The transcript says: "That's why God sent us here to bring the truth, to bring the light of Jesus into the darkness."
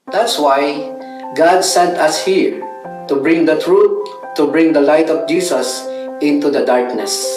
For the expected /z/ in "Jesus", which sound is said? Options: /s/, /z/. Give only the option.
/s/